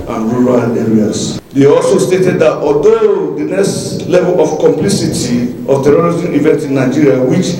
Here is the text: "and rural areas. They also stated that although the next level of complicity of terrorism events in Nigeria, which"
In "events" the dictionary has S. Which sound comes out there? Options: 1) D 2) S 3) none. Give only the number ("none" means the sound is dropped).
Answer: 3